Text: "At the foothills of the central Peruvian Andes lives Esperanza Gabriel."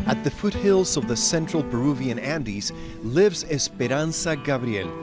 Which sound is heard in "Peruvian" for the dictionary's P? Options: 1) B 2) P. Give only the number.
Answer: 1